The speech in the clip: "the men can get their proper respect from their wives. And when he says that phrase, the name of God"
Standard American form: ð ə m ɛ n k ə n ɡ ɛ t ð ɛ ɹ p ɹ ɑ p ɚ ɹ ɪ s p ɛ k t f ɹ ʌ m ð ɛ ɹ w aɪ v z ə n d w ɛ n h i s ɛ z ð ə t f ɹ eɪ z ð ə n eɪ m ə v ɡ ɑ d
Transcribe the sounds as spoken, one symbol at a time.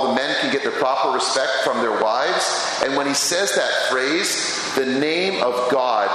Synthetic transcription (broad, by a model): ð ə m ɛ n k ə n ɡ ɛ t ð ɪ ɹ p ɹ ɑ p ɚ ɹ ɪ s p ɛ k t f ɹ ʌ m ð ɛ ɹ w aɪ v z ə n w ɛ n i s ɛ z ð ə t f ɹ eɪ z ð ə n eɪ m ə v ɡ ɑ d